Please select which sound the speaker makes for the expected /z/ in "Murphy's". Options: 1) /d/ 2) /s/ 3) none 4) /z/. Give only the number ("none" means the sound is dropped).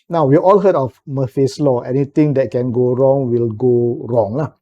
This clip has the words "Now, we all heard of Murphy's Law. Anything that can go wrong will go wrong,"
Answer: 2